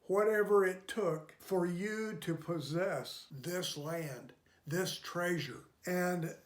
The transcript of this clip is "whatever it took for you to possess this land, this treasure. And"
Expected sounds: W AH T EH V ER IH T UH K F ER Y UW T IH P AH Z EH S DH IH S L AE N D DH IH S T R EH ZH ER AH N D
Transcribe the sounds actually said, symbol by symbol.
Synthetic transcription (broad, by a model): W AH T EH V ER IH T UH K F ER Y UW T IH P AH Z EH S DH IH S L AE N D DH IH S T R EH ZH ER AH N